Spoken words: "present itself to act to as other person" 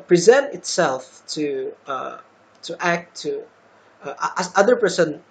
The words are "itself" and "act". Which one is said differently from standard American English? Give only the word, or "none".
act